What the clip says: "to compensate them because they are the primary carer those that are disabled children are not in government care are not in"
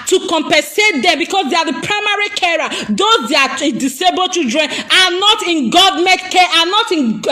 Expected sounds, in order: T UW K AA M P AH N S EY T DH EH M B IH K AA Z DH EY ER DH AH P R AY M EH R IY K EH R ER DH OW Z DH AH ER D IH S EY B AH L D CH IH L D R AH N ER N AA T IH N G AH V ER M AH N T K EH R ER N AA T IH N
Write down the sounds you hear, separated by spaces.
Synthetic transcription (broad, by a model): T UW K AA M P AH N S EY T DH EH M B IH K AA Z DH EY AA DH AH P R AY M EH R IY K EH R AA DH OW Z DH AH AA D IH S EY B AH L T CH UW D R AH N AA N AA T IH N G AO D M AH T K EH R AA N AA T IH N